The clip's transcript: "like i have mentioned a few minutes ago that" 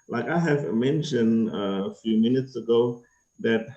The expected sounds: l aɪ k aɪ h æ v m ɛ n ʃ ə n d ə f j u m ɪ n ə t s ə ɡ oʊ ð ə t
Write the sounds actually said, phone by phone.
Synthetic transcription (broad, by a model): l aɪ k aɪ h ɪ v m ɛ n ʃ ə n d ə f j u m ɪ n ə t s ə ɡ oʊ ð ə t